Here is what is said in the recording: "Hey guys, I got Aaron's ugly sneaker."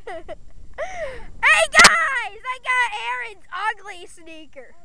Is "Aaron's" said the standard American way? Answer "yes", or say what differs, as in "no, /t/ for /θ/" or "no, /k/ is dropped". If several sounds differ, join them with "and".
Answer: yes